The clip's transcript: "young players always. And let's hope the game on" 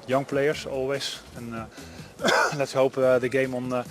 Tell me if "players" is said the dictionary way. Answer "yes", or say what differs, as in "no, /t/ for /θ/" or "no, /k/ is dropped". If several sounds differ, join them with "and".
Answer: no, /s/ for /z/